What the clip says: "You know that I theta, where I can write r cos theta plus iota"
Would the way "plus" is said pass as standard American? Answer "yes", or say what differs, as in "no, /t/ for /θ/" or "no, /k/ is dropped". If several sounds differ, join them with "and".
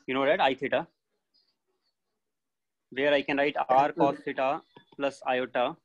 yes